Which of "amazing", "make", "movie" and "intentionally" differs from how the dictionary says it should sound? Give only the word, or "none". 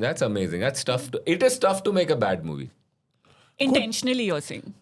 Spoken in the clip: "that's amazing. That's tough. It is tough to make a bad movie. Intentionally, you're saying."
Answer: none